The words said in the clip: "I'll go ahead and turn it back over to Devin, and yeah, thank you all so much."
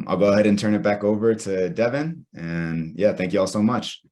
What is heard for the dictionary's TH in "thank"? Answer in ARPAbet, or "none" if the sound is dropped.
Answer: TH